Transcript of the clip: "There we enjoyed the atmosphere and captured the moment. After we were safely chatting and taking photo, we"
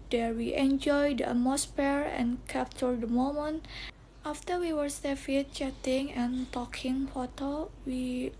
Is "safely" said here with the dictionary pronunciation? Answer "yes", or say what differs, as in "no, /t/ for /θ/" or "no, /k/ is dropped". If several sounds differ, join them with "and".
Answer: no, /l/ is dropped